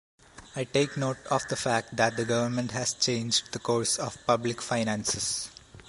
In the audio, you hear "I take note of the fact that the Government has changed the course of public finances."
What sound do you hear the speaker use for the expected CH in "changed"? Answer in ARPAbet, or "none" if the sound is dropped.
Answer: CH